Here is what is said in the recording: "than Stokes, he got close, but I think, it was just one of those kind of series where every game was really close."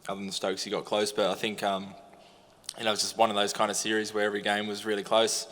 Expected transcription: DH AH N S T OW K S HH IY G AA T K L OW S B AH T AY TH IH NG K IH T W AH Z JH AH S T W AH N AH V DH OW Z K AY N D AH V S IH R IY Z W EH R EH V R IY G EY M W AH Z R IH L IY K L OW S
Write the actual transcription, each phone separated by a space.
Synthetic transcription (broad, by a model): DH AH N S T OW K S HH IY G AA T K L OW S B AH T AY TH IH NG K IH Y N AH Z JH AH S T W AH N AH V DH OW Z K AY N D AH S IH R IY Z W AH R EH V R IY G EY M W AH Z R IH L IY K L OW S